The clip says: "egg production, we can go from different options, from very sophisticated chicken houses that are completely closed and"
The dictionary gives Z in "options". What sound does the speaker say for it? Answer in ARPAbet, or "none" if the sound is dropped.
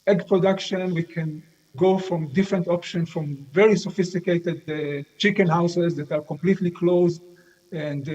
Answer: none